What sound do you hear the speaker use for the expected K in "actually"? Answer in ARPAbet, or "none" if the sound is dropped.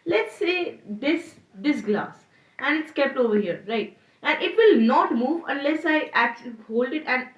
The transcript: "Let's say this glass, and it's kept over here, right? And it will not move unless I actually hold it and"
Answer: K